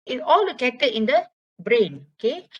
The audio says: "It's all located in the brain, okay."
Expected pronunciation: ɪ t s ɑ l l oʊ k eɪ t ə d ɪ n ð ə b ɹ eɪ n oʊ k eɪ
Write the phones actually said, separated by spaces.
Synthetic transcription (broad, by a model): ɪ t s ɑ l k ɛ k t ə ɪ n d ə b ɹ eɪ n oʊ k eɪ